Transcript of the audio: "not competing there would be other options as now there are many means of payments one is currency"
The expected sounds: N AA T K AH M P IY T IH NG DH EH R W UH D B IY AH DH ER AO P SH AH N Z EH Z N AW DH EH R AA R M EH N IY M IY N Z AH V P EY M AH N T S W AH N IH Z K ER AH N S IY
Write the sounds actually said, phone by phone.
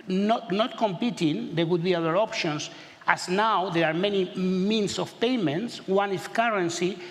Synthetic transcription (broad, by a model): N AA T K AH M P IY T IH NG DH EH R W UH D B IY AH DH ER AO P SH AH N S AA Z N AW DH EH R AA R M EH N IY M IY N S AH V P EY M AH N T S W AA N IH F K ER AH N S IY